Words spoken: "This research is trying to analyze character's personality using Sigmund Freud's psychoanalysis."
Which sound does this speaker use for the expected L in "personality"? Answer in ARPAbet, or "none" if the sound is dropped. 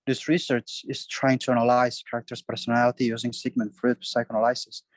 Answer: L